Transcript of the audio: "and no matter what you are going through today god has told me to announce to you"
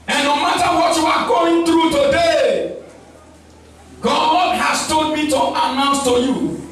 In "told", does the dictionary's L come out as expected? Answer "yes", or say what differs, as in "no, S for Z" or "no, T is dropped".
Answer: no, L is dropped